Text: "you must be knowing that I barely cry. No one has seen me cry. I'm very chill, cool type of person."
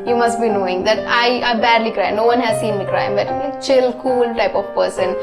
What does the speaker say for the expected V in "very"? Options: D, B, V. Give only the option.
B